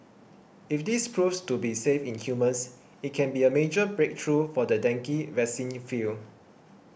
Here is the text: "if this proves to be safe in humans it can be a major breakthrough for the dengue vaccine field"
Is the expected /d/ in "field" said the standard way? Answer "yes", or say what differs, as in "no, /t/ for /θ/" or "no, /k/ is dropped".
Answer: no, /d/ is dropped